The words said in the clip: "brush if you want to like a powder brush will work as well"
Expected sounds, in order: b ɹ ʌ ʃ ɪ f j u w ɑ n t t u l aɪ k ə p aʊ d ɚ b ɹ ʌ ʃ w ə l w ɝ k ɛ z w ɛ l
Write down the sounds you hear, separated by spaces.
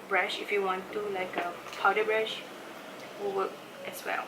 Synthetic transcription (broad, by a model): b ɹ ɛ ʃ ɪ f j u w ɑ n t t u l aɪ k ə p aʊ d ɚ b ɹ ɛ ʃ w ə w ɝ ɛ s w ɛ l